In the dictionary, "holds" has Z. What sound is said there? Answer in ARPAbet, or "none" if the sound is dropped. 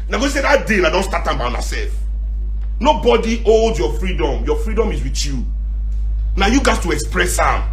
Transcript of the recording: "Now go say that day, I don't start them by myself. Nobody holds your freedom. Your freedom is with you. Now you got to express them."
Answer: none